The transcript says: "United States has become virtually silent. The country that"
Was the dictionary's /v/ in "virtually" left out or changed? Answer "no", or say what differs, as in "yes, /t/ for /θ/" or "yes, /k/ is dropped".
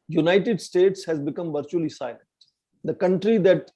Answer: no